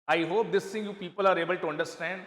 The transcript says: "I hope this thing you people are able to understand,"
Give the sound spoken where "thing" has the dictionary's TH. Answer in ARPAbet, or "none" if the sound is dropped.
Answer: T